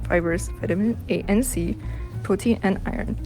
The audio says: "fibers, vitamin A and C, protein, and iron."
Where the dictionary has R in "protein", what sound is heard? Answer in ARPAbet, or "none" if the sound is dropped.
none